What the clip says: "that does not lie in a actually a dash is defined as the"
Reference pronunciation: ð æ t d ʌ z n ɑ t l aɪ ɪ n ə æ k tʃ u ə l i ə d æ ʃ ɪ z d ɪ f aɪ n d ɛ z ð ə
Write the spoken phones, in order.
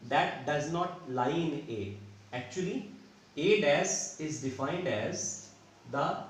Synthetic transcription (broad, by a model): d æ t d ʌ z n ɑ t l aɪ ɪ n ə æ k tʃ u ə l i ə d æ s ɪ z d ɪ f aɪ n d ɛ z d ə